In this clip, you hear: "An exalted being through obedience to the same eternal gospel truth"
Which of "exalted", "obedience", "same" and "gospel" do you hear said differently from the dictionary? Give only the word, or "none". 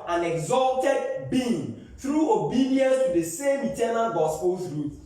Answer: none